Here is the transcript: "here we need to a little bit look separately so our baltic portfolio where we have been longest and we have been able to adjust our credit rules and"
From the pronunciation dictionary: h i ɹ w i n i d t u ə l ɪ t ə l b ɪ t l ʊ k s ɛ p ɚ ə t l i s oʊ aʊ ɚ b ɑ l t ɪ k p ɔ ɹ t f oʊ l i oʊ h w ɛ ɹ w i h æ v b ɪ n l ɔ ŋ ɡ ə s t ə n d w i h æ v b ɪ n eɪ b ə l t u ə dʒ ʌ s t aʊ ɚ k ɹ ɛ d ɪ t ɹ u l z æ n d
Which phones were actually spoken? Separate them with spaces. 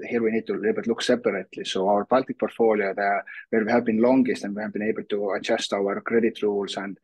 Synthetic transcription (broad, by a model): h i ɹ w i n i d t u ə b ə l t l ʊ k s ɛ p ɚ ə t l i s oʊ aʊ ɚ b ɑ l t ɪ k p ɔ ɹ t f oʊ l i oʊ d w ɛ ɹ w i h æ v b ɪ n l ɔ ŋ ɡ ə s t ə n d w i h æ v b ɪ n eɪ b ə l t u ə tʃ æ s t aʊ ɚ k ɹ ɛ d ɪ t ɹ u l s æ n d